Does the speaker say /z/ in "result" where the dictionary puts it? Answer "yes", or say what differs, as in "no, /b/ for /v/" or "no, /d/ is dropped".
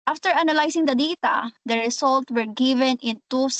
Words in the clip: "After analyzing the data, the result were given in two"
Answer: no, /s/ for /z/